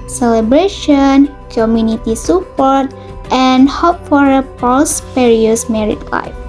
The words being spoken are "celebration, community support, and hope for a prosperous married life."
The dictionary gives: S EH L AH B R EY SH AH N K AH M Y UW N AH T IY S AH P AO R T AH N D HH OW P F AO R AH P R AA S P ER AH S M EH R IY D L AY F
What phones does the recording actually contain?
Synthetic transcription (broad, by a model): S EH L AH B R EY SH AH N K AH M Y UW N AH T IY S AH P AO R T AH N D HH OW P F AO R AH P AA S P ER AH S M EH R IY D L AY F